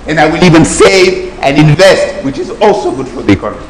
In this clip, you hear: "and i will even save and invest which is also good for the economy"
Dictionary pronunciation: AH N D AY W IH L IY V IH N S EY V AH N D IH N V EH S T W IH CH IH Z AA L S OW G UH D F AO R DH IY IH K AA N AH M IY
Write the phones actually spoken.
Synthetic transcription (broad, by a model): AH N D AY W IH L IY V IH N S EY V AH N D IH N V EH S T W IH CH IH Z AA L S OW G UH D F AO R DH IY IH K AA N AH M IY